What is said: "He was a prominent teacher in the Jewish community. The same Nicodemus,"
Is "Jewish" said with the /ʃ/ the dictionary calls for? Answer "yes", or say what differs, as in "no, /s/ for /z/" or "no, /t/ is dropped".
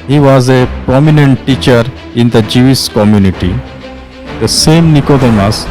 no, /s/ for /ʃ/